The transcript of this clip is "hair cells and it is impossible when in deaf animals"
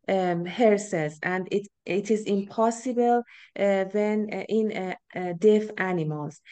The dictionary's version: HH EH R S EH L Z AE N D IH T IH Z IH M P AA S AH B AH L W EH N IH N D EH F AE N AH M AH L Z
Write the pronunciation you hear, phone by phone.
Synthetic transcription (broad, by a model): HH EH R S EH Z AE N D IH T IH Z IH M P AA S AH B AH L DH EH N IH N D EH F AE N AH M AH L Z